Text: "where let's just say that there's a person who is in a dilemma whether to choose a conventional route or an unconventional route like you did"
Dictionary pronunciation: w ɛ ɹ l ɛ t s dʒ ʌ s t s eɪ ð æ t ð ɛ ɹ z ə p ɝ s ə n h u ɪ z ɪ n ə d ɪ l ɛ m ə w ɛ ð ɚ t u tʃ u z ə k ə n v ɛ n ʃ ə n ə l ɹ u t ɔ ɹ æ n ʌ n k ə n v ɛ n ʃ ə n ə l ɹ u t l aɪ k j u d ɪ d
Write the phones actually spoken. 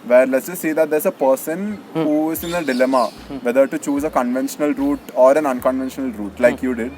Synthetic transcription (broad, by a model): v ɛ ɹ l ɛ t s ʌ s s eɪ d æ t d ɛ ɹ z ə p ɝ s ə n h u ɪ z ɪ n ə d ɪ l ɛ m ə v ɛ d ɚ t u tʃ u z ə k ə n v ɛ n ʃ ə n ə l ɹ u t ɔ ɹ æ n ʌ n k ə n v ɛ n ʃ ə n ə l ɹ u t l aɪ k j u d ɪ d